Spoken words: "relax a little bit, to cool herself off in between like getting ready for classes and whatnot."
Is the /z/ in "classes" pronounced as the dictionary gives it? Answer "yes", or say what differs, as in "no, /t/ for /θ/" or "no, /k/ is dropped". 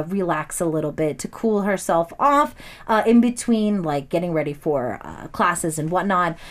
yes